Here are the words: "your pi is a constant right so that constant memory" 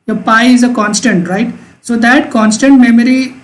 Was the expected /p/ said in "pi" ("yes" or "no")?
yes